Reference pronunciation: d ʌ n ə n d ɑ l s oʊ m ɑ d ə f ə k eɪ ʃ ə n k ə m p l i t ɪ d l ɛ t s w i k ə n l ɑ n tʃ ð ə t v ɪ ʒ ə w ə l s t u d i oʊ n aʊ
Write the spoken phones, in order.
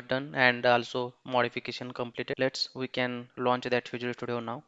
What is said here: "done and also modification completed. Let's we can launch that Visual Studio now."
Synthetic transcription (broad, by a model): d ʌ n ə n d ɑ l s oʊ m ɑ d ə f ə k eɪ ʃ ə n k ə m p l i t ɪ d l ɛ t s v i k ə n l ɑ n tʃ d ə t f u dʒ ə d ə s t u d i oʊ n aʊ